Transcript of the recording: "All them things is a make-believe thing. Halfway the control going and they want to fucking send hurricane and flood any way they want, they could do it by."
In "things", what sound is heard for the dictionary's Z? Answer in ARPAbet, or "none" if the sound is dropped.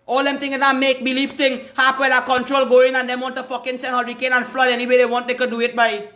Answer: none